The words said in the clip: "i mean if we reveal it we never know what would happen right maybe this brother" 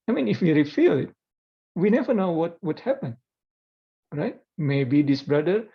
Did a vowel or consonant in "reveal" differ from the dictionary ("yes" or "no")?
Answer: yes